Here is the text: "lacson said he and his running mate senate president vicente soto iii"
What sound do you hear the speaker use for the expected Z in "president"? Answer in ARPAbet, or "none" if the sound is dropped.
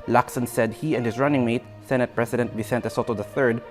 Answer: S